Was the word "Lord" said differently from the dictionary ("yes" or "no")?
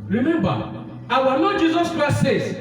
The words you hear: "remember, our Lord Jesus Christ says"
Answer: yes